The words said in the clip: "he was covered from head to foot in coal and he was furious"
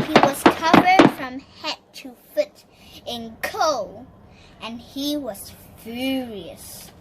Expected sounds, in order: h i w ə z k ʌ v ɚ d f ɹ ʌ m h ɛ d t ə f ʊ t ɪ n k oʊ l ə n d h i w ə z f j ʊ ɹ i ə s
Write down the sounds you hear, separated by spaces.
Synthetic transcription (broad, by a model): h i w ə z k ʌ v ɚ d f ɹ ʌ m h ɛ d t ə f ʊ t ɪ n k oʊ l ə n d h i w ə z f j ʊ ɹ i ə s